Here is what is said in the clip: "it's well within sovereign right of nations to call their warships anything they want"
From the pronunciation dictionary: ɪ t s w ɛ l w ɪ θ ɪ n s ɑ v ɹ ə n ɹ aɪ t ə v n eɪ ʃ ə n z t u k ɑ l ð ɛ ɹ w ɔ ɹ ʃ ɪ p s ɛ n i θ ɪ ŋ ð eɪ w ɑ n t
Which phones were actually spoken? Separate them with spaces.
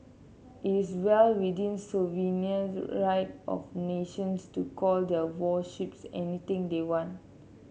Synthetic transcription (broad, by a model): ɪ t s w ɛ l w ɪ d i n s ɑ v ə n ɹ aɪ t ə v n eɪ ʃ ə n s t u k ɑ l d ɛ w ɔ ʃ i p s ɛ n i t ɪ ŋ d eɪ w ɑ n t